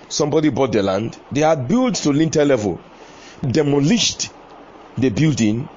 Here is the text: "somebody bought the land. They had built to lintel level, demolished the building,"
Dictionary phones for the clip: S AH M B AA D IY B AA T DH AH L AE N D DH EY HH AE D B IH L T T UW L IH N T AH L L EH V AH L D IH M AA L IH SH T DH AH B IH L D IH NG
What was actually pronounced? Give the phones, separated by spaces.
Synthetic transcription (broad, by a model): S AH M B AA D IY B AA T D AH L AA N D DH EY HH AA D B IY L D T UW L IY N T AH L L EH V AH L D IH M AA L IH SH T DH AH B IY L D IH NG